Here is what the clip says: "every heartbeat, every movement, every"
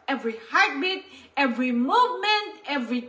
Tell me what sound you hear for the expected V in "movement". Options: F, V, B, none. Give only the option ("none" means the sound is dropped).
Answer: V